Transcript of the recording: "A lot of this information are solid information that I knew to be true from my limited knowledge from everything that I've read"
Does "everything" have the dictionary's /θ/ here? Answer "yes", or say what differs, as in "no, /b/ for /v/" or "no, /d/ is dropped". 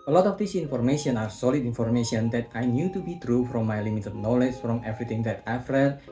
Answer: no, /t/ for /θ/